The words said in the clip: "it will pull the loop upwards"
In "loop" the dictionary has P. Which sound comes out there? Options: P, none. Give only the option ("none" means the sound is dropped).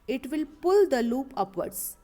P